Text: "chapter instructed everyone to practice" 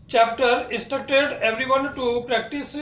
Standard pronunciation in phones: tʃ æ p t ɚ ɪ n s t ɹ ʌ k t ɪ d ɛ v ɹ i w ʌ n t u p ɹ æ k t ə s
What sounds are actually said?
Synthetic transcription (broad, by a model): tʃ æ p t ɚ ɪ s t ʌ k t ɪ d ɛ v ɹ i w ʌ n t u p ɹ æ k t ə s